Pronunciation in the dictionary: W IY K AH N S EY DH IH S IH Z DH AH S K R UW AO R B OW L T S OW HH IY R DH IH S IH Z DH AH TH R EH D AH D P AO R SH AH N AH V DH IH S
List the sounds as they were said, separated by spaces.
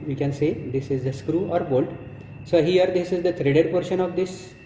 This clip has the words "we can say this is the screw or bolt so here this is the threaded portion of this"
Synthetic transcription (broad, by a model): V IY K AH N S EY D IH S IH Z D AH S K R UW AO R B OW L T S OW HH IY R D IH S IH Z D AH T R EH D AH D P AO R SH AH N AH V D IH S